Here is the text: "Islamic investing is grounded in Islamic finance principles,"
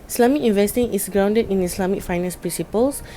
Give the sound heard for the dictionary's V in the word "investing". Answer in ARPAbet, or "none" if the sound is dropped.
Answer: V